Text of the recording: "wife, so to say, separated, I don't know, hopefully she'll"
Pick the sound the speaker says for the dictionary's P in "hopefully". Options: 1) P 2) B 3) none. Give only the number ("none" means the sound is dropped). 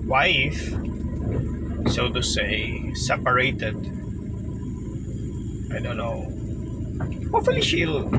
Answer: 3